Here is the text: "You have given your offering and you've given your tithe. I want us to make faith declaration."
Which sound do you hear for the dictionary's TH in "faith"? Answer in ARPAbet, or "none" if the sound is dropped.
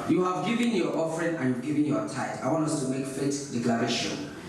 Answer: T